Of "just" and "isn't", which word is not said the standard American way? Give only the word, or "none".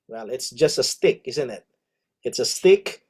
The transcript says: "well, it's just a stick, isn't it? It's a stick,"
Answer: none